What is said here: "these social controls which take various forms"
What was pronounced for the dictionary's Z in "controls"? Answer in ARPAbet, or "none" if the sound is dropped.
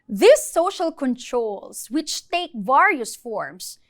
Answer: S